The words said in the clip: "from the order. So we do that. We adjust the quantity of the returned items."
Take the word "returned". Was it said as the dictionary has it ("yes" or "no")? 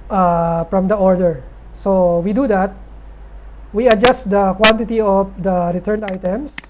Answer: no